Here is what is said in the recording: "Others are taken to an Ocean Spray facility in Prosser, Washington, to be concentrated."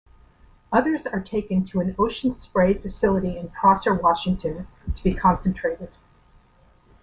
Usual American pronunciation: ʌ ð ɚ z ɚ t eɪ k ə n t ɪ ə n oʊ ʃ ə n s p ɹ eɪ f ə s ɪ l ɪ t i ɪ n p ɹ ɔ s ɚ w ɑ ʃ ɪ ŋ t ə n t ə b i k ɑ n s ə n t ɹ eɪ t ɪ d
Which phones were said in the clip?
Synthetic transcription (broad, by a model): ʌ ð ɚ z ɚ t eɪ k ə n t ɪ ə n oʊ ʃ n s p ɹ eɪ f ə s ɪ l ɪ t i ɪ n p ɔ s ɚ w ɑ ʃ ɪ ŋ t ə n t ə b i k ɑ n s ə n t ɹ eɪ t ɪ d